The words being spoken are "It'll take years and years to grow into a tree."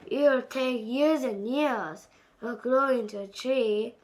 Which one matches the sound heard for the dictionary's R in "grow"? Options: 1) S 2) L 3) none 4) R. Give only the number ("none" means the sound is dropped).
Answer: 2